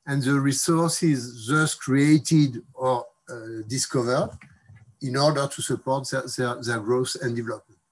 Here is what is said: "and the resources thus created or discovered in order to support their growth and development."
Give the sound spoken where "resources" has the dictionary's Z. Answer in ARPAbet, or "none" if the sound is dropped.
Z